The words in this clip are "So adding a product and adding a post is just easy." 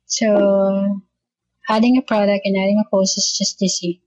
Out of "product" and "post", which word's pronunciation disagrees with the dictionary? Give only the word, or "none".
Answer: post